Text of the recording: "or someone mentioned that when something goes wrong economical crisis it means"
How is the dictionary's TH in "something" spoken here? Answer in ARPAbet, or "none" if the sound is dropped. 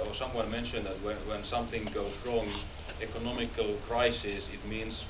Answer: TH